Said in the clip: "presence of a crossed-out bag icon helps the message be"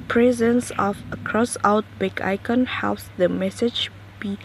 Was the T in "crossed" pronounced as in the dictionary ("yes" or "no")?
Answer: no